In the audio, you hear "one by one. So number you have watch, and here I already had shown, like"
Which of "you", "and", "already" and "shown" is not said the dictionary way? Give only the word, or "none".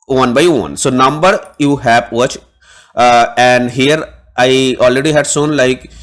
shown